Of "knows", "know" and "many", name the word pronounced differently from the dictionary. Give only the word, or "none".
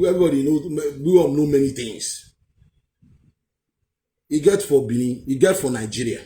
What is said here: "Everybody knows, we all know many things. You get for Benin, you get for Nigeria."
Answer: knows